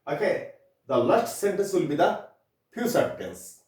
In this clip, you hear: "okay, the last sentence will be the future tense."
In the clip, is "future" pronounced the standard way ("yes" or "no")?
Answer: no